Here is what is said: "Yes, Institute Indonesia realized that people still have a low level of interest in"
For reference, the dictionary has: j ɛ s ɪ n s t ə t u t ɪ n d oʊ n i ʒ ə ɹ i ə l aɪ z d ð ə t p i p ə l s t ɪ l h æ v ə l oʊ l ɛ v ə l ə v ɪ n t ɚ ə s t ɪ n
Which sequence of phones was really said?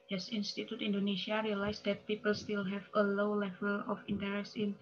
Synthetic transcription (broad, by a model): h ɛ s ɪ n s t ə t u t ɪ n d oʊ n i ʃ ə ɹ i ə l aɪ s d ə t p i p ə l s t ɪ l h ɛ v ə l oʊ l ɛ v ə l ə f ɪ n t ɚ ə s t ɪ n